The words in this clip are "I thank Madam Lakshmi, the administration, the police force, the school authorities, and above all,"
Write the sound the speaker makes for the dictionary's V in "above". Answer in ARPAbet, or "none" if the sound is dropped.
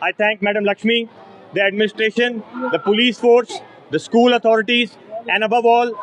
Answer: V